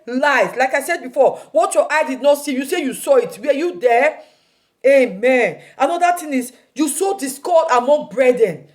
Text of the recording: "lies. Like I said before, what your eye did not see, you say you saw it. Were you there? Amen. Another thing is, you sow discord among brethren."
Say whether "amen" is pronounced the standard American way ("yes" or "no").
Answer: yes